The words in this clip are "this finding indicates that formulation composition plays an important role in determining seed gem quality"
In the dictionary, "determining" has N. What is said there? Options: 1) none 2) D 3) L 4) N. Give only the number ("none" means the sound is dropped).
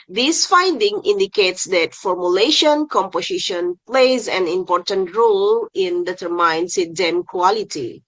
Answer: 1